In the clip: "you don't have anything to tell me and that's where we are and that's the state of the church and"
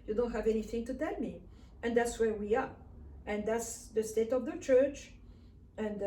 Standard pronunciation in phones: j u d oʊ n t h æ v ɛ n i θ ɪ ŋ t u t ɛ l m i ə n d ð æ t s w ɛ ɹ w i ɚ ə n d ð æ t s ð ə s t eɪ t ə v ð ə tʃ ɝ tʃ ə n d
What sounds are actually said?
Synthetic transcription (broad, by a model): j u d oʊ n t h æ v ɛ n i θ ɪ ŋ t u t ɛ l m i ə n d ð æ t s w ɛ ɹ w i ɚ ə n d ð æ t s ð ə s t eɪ t ə v ð ə tʃ ɝ tʃ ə n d